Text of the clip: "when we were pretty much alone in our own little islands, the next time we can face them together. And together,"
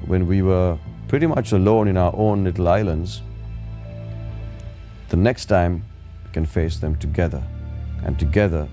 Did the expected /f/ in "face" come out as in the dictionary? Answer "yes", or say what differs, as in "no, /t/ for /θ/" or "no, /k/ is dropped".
yes